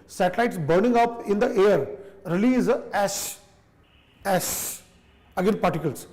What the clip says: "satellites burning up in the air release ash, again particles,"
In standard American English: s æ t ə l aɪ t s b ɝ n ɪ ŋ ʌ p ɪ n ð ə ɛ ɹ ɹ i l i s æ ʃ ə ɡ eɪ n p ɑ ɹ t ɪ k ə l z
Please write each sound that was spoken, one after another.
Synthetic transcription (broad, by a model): s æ t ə l aɪ t s b ɝ n ɪ ŋ ʌ p ɪ n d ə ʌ ɹ ɹ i l i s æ s ə ɡ eɪ n p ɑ ɹ t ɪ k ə l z